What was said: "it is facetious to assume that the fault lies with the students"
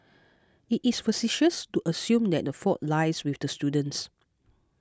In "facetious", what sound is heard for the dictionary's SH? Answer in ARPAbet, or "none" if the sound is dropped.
SH